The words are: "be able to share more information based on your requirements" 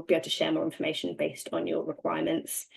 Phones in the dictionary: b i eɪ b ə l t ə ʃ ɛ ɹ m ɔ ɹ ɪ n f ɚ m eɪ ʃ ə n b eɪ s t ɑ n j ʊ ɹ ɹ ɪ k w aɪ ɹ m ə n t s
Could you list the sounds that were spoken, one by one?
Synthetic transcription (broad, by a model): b i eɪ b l t ə ʃ ɛ m ɔ ɹ ɪ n f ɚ m eɪ ʃ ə n b eɪ s t n j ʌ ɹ ɹ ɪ k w aɪ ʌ m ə n t s